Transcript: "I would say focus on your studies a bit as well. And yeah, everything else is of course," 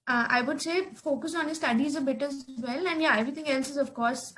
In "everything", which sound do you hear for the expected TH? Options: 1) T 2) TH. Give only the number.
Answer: 1